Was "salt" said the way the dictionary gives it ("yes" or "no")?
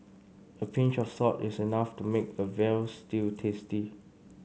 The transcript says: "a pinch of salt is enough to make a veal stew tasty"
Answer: no